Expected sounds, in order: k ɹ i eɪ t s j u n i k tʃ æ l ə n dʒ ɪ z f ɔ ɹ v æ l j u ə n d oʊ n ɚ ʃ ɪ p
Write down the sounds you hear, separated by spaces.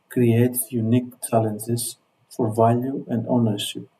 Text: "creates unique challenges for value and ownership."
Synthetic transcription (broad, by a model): k ɹ i eɪ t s j u n i k tʃ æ l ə n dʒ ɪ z f ɔ ɹ v æ l j u ə n d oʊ n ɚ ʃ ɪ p